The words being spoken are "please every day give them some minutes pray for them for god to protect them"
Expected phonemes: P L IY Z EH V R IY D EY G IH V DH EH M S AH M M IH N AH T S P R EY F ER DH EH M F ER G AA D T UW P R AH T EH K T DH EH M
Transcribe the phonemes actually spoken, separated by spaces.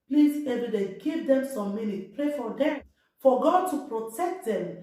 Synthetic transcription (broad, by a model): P L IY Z EH V R IY D EY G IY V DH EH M S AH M M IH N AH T P R EY F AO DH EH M F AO G AA D T UW P R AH T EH K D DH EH M